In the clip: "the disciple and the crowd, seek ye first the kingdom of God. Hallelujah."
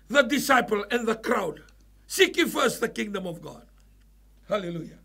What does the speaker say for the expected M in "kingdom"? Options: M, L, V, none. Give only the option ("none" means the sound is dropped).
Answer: M